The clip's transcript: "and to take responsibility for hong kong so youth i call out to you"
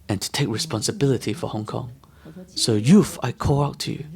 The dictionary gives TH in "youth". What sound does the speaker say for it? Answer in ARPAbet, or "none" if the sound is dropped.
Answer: F